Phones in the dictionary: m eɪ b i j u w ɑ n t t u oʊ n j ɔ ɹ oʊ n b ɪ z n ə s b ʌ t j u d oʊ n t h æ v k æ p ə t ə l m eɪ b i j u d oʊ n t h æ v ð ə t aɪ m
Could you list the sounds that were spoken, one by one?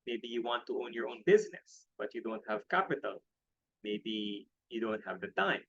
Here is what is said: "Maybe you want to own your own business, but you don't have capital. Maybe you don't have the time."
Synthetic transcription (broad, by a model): m eɪ b i j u w ɑ n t t u oʊ n j ɔ ɹ oʊ n b ɪ z n ə s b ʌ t j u d oʊ n t h æ v k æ p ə t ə l m eɪ b i j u d oʊ n t h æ v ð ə t aɪ m